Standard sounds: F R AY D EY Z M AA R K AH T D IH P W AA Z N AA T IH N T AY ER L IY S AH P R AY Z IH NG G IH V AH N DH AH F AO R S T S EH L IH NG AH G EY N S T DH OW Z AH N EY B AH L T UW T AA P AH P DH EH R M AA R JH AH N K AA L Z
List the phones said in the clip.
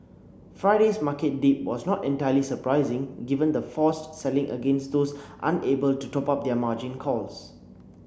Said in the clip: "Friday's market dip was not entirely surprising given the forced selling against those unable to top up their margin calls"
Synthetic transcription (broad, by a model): F R AY D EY S M AA K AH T D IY P W AA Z N AA T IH N T AY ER L IY S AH P R AY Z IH NG G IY V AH N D AH F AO S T S EH L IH NG AH G EY N S T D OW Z AH N EY B AH L T UW T AA P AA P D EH M AA JH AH N K AA L S